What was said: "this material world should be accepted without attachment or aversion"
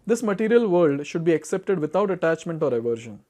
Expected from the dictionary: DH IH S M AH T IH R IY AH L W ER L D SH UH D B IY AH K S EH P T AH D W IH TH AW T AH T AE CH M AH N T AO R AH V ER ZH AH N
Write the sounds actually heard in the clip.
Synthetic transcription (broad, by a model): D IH S M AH T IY R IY AH L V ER L D SH UH D B IY AH K S EH P T AH D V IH T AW T AH T AE CH M AH N T AO R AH V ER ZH AH N